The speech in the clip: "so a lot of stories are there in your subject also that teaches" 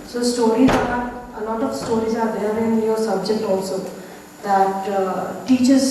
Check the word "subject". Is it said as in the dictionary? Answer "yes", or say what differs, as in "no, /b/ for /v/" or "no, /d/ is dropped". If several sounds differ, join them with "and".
yes